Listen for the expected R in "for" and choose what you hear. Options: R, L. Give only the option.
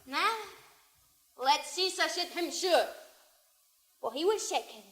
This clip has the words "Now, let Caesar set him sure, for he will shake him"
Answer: L